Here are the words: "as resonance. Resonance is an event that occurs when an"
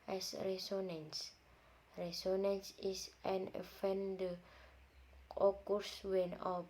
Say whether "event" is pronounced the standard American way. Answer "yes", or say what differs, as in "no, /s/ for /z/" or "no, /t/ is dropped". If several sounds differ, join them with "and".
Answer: no, /f/ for /v/